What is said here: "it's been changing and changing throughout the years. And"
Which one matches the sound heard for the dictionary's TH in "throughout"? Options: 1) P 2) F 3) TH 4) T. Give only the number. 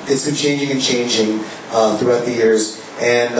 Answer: 3